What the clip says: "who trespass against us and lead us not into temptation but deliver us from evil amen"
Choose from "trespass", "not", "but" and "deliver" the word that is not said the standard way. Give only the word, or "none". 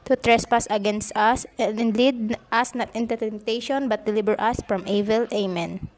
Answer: deliver